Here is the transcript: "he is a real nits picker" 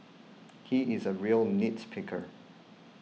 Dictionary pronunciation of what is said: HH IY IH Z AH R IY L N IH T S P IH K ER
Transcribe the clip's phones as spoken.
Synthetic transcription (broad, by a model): HH IY IH Z AH R IY L N IH T S P IH K ER